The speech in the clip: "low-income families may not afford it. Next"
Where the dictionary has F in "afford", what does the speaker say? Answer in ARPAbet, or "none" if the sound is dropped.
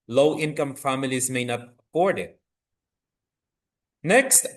P